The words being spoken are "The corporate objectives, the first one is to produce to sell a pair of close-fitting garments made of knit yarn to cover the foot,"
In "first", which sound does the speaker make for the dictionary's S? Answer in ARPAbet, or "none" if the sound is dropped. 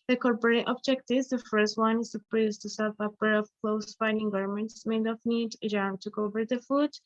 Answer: S